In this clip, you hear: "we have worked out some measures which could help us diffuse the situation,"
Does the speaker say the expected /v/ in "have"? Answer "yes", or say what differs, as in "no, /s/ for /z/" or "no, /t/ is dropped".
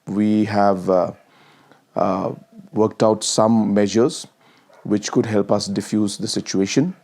yes